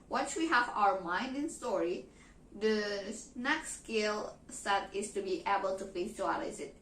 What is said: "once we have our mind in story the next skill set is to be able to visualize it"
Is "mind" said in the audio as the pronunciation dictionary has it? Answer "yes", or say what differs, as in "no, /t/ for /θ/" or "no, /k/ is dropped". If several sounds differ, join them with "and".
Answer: yes